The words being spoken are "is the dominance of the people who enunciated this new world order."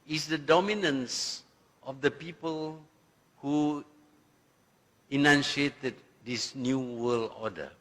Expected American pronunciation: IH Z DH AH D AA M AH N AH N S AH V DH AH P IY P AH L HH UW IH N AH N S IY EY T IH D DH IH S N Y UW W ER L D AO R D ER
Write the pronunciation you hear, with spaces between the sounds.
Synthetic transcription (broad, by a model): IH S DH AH D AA M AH N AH N S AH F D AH P IY P AH L HH UW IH N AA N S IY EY T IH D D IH S N Y UW W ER L AO D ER